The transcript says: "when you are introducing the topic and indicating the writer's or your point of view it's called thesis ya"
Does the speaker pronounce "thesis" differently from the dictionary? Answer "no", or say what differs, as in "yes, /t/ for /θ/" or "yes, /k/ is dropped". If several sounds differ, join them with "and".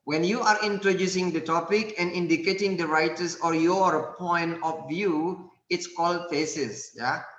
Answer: yes, /f/ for /θ/